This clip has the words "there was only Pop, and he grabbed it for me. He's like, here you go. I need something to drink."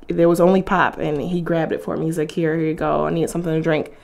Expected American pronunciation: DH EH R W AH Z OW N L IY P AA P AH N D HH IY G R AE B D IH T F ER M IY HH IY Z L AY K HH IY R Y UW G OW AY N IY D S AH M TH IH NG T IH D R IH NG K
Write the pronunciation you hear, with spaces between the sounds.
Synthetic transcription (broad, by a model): DH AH R W AH Z OW N L IY P AA P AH N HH IY G R AE B D IH T F ER M IY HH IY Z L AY K HH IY R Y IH G OW AY N IY D S AH M TH IH NG T IH D R IH NG K